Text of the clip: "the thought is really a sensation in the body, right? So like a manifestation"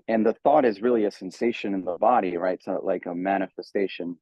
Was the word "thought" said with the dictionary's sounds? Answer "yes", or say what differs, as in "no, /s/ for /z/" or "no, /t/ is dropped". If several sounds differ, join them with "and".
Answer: yes